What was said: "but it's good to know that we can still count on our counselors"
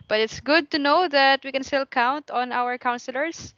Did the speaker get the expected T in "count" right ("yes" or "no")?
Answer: yes